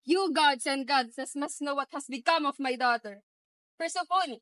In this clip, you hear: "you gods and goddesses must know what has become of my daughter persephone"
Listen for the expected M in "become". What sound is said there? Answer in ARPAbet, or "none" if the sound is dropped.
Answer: M